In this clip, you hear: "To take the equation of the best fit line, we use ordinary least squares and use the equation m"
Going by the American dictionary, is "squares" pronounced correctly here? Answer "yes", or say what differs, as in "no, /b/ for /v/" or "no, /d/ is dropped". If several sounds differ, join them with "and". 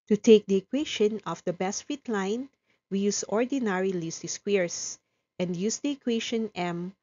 no, /s/ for /z/